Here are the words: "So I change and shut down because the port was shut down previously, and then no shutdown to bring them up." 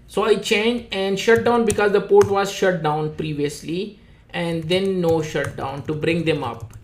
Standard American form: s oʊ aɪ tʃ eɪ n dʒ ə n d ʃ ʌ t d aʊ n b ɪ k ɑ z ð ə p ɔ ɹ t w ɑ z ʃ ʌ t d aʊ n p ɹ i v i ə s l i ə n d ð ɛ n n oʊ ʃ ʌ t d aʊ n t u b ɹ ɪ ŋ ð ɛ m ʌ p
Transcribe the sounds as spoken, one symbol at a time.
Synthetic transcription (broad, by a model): s oʊ aɪ tʃ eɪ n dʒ ə n d ʃ ʌ t d aʊ n b ɪ k ɑ z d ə p ɔ ɹ t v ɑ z ʃ ʌ t d aʊ n p ɹ i v i ə s l i ə n d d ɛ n n oʊ ʃ ʌ t d aʊ n t u b ɹ ɪ ŋ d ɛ m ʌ p